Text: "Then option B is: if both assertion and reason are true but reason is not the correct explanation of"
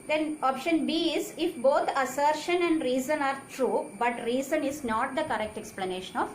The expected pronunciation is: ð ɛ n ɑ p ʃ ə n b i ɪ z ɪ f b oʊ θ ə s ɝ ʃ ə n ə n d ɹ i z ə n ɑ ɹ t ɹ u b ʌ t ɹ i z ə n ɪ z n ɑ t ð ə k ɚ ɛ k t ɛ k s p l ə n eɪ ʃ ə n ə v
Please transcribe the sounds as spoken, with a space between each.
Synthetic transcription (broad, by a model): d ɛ n ɑ p ʃ ə n b i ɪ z ɪ f b oʊ t ə s ɝ ʃ ə n ə n d ɹ i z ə n ɑ ɹ t ɹ u b ʌ t ɹ i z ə n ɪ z n ɑ t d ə k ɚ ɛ k t ɛ k s p l ə n eɪ ʃ ə n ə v